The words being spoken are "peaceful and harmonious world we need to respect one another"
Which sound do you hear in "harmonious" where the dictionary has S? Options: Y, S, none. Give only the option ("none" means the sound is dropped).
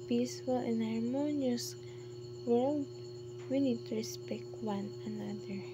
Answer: S